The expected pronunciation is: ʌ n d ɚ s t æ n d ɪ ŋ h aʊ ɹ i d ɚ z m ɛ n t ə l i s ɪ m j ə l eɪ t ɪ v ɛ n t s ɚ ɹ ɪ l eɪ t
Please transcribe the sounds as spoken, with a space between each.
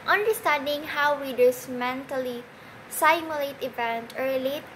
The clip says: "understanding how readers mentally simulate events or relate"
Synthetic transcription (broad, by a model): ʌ n d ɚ s t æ n d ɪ ŋ h aʊ w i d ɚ s m ɛ n t ə l i s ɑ m j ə l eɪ t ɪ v ɛ n t ɚ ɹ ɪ l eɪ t